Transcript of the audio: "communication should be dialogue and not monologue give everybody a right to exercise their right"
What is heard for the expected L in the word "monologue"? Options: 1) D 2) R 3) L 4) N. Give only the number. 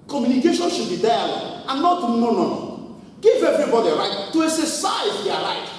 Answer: 4